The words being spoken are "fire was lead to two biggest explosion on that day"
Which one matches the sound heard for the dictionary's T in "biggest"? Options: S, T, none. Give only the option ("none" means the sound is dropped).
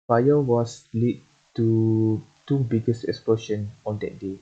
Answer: none